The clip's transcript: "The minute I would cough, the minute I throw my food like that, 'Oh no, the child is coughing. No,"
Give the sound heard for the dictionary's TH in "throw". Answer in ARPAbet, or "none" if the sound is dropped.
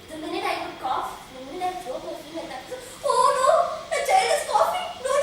S